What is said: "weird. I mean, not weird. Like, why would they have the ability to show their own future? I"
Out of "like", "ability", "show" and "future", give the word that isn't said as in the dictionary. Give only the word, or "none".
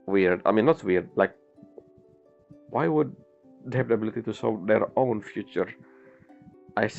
show